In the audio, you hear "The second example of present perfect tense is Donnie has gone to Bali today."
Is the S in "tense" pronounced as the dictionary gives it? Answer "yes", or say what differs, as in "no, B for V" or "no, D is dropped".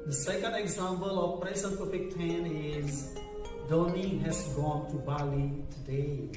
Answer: no, S is dropped